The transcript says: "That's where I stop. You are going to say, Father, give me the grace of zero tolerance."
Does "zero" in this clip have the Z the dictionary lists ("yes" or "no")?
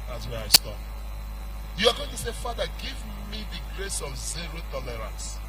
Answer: yes